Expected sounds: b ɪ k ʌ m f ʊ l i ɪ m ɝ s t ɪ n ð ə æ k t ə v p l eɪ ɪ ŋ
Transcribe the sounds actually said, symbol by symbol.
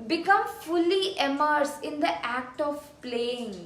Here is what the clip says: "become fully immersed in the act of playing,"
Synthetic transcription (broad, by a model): b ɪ k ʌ m f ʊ l i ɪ m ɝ s ɪ n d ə æ k t ə v p l eɪ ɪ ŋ